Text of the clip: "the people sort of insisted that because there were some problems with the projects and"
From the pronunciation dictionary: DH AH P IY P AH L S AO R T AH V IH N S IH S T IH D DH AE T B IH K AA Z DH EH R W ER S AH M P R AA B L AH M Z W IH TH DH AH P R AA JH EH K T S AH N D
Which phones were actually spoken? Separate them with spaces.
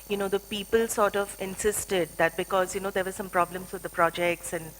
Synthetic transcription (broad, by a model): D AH P IY P AH L S AO R T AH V IH N S IH S T IH D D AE T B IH K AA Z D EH R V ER S AH M P R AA B L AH M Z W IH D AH P R AA JH EH K T S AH N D